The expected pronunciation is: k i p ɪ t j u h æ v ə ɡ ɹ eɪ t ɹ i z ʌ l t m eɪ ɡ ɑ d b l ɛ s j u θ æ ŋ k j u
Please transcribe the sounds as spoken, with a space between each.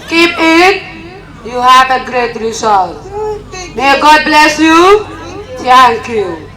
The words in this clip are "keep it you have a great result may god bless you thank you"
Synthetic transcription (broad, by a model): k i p ɪ t j u h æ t ə ɡ ɹ eɪ t ɹ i s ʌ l m eɪ ɡ ɑ d b l ɛ s j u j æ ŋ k j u